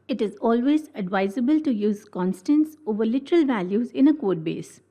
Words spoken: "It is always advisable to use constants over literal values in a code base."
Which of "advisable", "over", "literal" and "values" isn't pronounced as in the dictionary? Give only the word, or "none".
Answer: none